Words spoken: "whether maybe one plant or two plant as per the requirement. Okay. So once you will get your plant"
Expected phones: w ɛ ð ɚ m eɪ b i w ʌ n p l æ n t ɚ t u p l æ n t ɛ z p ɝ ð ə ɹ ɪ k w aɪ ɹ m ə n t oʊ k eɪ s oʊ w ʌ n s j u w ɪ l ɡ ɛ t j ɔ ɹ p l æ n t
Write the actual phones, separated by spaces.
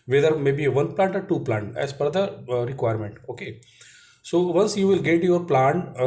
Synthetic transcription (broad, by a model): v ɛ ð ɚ m eɪ b i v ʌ n p l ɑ n t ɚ t u p l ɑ n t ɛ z f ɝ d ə ɹ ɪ k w aɪ ɹ m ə n t oʊ k eɪ s oʊ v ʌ n s j u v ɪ l ɡ ɛ t j ɔ ɹ p l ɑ n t